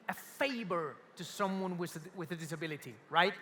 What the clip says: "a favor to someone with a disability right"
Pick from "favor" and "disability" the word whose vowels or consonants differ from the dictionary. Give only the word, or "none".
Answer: favor